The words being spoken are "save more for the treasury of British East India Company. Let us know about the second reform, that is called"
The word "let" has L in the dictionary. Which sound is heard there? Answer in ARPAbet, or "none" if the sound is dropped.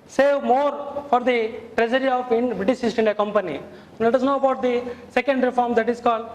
N